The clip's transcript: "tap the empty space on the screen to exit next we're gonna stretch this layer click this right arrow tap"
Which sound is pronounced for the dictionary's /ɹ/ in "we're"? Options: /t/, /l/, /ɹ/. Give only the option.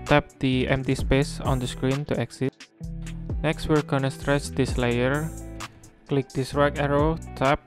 /l/